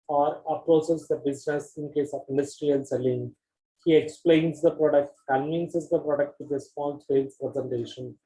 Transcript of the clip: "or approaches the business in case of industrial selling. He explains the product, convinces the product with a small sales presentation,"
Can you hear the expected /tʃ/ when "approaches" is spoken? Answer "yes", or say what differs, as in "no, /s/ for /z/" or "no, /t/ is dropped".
no, /s/ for /tʃ/